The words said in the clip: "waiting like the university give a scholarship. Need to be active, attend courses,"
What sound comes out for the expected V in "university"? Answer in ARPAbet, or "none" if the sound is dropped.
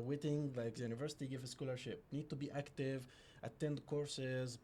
V